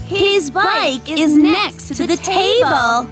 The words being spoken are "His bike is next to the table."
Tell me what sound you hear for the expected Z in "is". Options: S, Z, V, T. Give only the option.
Z